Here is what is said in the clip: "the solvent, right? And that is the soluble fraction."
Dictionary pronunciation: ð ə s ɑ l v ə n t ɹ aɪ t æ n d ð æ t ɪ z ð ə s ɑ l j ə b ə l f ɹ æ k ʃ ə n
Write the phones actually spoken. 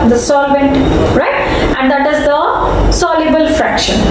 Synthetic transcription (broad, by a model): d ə s ɑ l v ə n t ɹ aɪ t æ n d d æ t ɪ z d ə s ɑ l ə b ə l f ɹ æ k ʃ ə n